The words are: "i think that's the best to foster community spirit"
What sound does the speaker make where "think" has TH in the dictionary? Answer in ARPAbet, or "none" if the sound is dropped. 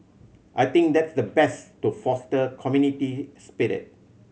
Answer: T